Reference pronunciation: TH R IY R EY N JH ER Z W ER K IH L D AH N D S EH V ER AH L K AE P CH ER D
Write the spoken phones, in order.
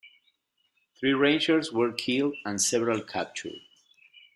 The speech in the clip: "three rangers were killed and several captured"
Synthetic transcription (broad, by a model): TH R IY R EY N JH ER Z W ER K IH L D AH N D S EH V ER AH L K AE P CH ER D